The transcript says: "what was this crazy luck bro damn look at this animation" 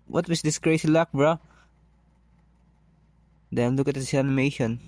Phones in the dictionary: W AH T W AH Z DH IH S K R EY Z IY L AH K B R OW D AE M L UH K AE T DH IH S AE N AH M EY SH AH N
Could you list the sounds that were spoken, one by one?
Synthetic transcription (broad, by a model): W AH T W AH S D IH S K R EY S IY L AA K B R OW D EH L UH K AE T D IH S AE N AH M EY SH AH N